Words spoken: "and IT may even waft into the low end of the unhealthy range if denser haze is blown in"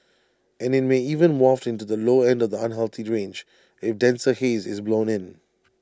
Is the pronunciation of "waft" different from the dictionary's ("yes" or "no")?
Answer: no